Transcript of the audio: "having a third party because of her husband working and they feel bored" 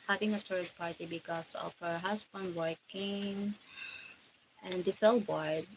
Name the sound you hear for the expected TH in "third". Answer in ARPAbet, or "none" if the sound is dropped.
T